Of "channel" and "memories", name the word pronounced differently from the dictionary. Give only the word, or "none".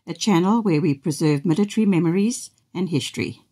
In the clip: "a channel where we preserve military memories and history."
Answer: none